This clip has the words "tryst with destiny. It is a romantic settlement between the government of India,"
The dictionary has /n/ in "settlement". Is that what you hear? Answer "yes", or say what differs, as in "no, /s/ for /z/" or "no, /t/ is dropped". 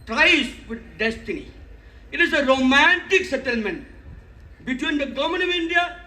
yes